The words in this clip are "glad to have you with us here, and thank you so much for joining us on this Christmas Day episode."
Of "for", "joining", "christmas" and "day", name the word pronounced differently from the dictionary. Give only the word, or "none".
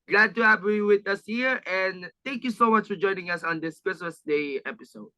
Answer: christmas